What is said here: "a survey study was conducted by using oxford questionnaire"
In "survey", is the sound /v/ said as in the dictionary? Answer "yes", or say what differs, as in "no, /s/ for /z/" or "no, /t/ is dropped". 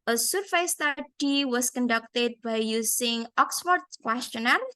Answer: no, /f/ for /v/